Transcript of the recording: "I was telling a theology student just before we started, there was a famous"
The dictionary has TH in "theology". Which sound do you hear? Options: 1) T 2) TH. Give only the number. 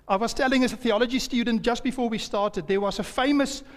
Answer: 2